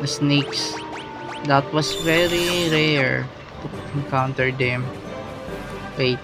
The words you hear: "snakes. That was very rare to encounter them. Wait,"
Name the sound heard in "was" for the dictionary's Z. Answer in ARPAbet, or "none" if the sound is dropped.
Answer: S